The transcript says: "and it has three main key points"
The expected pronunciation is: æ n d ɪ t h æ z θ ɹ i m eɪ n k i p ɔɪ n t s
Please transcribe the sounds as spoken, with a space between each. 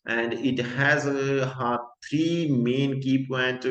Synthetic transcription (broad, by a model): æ n d ɪ t h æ z t ɹ i m eɪ n k i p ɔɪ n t